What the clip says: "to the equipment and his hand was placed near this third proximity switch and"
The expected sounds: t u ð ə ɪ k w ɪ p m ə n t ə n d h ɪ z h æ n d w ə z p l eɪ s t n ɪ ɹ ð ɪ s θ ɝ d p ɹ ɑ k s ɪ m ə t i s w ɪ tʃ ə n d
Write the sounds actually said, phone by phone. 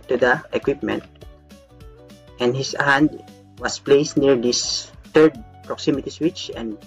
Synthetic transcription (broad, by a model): t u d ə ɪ k w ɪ p m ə n t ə n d h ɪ s h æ n d w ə s p l eɪ s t n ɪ ɹ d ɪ s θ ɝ d p ɹ ɑ k s ɪ m ə t i s w ɪ tʃ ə n d